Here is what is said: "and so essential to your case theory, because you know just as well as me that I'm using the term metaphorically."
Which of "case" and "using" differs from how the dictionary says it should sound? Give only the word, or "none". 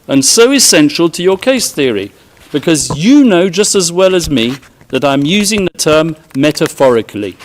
none